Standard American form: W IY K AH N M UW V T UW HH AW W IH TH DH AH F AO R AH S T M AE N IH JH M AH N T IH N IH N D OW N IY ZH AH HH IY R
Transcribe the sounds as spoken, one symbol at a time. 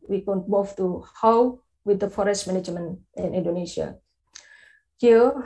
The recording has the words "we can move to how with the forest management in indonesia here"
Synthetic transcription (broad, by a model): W IY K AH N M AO F T UW HH AW W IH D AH F AO R AH S T M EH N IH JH M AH N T IH N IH N D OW N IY S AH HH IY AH